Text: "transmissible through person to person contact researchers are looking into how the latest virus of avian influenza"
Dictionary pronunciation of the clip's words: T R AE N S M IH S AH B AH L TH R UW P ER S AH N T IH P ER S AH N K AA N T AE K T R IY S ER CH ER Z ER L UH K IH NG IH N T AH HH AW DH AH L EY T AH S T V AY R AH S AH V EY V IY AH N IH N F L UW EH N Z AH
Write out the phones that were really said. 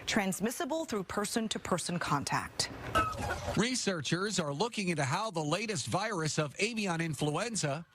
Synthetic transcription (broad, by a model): T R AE N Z M IH S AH B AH L TH R UW P ER S AH N T IH P ER S AH N K AA N T AE K T R IY S ER CH ER Z ER L UH K IH NG IH N T AH HH AW DH AH L EY T AH S T V AY R AH S AH V EY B IY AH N IH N F L UW EH N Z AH